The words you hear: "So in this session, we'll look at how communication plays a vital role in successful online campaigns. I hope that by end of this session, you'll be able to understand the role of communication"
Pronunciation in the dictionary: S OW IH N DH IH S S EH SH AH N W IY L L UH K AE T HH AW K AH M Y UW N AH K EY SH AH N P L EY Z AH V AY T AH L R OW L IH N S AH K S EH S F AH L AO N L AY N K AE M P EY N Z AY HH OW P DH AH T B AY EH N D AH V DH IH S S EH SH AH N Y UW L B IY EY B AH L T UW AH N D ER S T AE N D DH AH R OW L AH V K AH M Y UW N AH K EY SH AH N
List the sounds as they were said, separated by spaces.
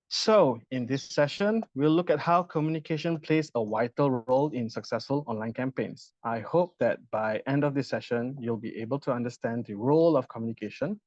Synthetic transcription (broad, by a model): S OW IH N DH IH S S EH SH AH N W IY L L UH K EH T HH AW K AH M Y UW N AH K EY SH AH N P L EY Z AH W AY T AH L R OW L IH N S AH K S EH S F AH L AO N L AY N K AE M P EY N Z AY HH OW P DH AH T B AY EH N D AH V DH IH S S EH SH AH N Y UW L B IY EY B AH L T UW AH N D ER S T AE N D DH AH R OW L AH F K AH M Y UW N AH K EY SH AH N